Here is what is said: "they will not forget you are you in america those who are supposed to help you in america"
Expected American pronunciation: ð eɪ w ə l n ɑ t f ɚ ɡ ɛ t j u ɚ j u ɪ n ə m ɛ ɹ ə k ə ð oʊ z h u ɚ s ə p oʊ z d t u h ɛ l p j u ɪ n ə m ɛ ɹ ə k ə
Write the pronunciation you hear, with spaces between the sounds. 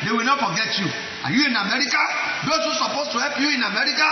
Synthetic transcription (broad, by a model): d eɪ w ə l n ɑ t f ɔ ɡ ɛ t j u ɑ j u ɪ n ə m ɛ ɹ ə k ə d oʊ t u s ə p oʊ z t u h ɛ p j u ɪ n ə m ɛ ɹ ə k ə